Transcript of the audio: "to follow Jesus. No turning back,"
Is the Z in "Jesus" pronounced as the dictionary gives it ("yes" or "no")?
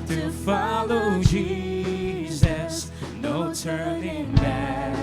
yes